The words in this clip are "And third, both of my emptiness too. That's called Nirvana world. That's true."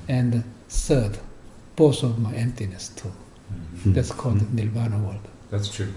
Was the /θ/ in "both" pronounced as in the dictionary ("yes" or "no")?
no